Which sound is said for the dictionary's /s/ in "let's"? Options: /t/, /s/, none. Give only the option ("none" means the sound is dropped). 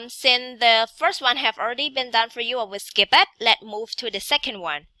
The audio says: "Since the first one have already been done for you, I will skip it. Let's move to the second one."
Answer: none